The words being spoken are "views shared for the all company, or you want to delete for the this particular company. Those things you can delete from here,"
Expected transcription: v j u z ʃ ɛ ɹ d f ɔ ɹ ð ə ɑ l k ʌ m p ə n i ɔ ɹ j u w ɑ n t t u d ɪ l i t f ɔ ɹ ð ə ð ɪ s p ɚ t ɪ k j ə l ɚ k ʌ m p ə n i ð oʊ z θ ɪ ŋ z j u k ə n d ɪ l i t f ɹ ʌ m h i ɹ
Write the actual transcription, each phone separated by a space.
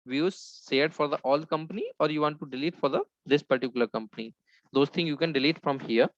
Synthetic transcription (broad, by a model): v j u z s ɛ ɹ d f ɔ ɹ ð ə ɑ l k ʌ m p ə n i ɔ ɹ j u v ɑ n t t u d ɪ l i t f ɔ ɹ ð ə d ɪ s p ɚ t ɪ k j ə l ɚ k ʌ m p ə n i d oʊ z t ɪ ŋ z j u k ə n d ɪ l i t f ɹ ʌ m h i ɹ